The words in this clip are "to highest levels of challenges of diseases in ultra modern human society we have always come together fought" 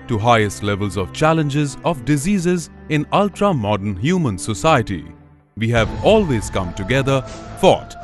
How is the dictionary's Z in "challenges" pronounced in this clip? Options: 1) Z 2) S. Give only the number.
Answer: 1